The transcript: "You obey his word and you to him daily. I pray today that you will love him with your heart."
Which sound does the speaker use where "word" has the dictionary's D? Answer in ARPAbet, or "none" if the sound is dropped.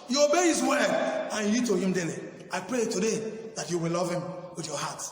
none